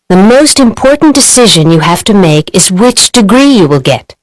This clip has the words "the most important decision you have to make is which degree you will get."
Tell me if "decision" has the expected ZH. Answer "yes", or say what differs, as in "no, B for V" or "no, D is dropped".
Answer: yes